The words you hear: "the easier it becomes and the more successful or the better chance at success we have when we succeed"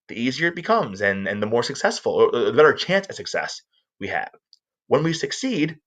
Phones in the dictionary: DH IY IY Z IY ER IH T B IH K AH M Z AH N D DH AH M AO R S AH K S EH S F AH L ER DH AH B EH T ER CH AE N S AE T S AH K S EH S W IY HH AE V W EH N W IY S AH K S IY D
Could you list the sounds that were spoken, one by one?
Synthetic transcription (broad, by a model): DH IY IY Z IY ER IH T B IH K AH M Z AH N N DH AH M AO R S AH K S EH S F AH L ER DH AH B EH T ER CH AE N S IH S AH K S EH S W IY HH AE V W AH N W IY S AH K S IY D